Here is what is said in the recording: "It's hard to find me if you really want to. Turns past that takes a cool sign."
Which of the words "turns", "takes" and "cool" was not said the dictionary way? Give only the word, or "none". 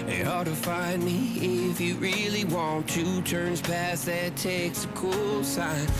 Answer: none